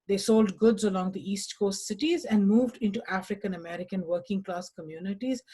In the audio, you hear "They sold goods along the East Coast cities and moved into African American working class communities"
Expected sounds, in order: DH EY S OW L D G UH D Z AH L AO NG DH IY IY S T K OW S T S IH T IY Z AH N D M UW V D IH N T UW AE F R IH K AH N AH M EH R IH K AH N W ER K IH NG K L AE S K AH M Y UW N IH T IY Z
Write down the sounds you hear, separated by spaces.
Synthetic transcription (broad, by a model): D EY S OW L D G UH D Z AH L AO NG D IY IY S T K OW S T S IH T IY Z AH N D M UW V D IH N T UW AE F R IH K AH N AH M EH R IH K AH N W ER K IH NG K L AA S K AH M Y UW N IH T IY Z